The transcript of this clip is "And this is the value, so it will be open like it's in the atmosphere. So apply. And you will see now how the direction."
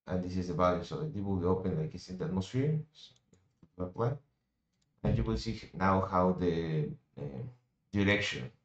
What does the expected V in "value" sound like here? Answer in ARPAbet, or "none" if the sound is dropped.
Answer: B